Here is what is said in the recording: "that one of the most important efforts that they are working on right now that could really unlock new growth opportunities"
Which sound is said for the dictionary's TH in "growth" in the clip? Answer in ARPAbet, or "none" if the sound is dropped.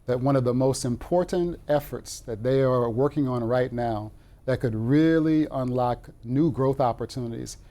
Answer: TH